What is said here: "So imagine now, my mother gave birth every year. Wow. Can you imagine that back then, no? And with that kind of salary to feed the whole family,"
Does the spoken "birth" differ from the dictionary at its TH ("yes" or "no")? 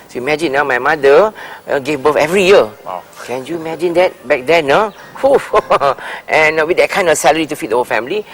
yes